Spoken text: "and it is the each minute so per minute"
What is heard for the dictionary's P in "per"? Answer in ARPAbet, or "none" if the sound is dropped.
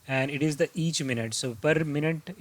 P